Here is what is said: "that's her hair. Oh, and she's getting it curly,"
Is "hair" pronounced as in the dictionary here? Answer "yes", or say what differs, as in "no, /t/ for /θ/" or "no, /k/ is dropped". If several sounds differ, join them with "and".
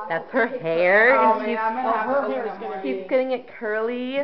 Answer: yes